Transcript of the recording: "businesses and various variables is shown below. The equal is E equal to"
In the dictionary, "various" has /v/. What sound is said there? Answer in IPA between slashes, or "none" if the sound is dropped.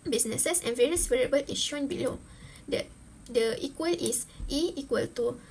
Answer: /v/